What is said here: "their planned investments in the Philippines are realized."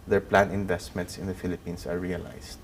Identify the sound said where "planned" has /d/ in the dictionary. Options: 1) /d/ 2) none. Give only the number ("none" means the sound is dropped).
2